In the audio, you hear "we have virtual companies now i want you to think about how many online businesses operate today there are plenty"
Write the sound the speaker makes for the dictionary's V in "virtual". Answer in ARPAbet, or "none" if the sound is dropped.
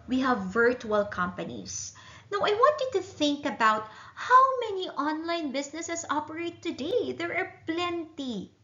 V